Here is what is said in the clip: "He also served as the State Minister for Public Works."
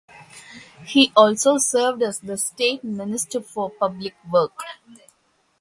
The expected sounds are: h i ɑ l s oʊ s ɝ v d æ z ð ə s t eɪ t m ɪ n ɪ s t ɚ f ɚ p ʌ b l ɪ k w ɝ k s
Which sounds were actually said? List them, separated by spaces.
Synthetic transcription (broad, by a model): h i ɑ l s oʊ s ɝ v d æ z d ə s t eɪ t m ɪ n ɪ s t ɚ f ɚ p ʌ b l ɪ k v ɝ k